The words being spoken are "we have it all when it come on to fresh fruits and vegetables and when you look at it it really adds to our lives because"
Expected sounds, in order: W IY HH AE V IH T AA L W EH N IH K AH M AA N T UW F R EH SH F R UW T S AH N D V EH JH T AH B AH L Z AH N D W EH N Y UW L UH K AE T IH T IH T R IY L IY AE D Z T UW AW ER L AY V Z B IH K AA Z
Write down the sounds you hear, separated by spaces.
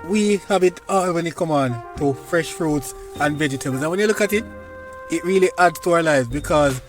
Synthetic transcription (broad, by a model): W IY HH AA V IH T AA W EH N IH K AH M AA N T UW F R EH SH F R UW T S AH N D V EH JH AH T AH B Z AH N W EH N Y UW L UH K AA T IH T IH T R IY L IY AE D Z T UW AW ER L AY V Z B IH K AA Z